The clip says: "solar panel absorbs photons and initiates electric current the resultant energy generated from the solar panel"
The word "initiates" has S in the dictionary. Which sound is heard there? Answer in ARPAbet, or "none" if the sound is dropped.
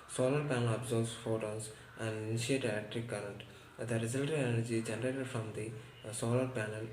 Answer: none